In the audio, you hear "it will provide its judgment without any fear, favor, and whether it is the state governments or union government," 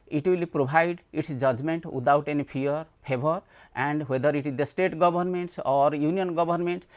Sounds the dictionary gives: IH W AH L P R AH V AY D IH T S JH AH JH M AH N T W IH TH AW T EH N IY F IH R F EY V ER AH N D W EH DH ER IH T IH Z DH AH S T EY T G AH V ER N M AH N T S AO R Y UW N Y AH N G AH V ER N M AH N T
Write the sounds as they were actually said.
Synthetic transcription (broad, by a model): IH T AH L P R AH B AY D IH T S JH AH JH M AH N T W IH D AW T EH N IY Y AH R P EY B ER AH N D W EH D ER IH T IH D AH S T EY T G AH B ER N M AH N T S AO R Y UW N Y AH N G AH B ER N M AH N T